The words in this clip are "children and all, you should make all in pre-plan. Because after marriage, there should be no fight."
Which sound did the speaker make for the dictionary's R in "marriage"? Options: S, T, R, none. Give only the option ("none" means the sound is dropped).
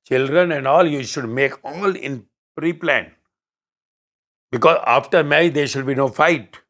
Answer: none